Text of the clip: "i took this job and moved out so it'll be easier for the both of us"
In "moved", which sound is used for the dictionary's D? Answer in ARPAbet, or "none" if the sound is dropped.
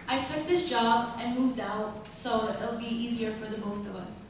D